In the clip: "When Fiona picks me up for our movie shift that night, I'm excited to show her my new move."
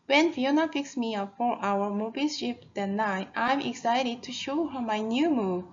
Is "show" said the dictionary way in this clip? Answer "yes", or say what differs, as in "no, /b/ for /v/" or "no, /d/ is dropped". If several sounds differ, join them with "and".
yes